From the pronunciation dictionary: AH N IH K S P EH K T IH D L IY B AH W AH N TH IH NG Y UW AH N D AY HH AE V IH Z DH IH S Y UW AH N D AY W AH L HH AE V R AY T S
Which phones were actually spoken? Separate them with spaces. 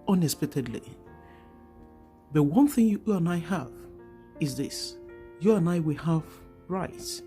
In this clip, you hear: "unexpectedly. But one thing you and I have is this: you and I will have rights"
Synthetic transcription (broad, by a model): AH N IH S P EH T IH D L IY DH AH W AH N TH IH NG Y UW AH N AY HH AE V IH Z DH IH S Y UW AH N AY W AH L HH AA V R AY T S